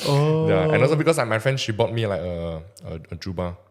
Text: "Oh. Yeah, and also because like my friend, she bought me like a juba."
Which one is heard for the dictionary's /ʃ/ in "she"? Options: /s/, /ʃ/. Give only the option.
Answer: /ʃ/